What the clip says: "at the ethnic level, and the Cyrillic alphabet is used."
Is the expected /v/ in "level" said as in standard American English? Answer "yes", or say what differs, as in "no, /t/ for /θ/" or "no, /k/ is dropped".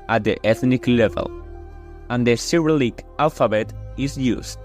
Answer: yes